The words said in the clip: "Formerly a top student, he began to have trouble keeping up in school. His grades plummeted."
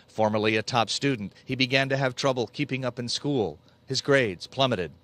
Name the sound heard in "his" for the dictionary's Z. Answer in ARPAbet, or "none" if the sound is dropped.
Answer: Z